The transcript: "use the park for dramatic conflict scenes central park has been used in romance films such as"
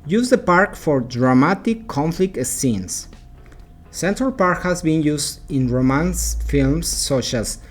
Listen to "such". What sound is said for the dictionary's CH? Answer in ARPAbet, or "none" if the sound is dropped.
SH